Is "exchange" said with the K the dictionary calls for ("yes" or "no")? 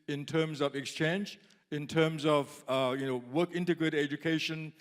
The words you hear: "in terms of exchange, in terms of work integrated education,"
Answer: yes